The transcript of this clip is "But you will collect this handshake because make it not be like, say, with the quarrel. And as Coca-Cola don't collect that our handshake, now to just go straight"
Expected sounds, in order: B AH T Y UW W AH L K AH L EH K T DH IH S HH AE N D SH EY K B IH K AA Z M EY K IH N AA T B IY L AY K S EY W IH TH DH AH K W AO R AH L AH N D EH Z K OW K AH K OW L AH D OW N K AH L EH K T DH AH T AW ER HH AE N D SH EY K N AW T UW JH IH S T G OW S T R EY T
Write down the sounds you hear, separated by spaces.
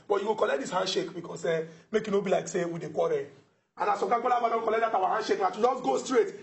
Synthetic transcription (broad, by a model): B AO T Y UW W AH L K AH L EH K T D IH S HH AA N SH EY K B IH K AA S M EY K IH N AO B IY L AY K S EY W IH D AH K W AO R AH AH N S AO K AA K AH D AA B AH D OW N K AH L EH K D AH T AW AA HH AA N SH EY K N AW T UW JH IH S G OW S T R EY T